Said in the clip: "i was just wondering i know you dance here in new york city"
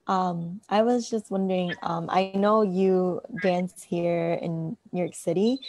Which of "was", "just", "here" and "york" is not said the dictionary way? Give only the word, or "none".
none